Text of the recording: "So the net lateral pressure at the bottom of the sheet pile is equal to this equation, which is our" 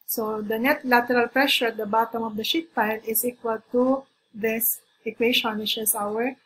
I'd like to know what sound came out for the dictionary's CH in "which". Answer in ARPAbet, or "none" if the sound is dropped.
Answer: SH